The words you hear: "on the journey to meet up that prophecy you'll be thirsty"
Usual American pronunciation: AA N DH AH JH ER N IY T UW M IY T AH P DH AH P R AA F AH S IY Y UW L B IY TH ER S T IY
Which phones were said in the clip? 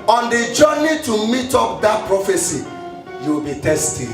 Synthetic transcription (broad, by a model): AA N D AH JH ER N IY T UW M IY T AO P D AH P R AA F AH S IY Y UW W B IY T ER S T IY